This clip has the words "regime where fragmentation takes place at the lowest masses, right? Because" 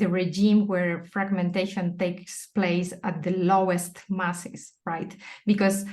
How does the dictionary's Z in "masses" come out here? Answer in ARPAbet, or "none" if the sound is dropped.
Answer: S